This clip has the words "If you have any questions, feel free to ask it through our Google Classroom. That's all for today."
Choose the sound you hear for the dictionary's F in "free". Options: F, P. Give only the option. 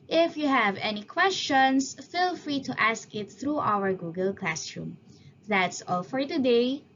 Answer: F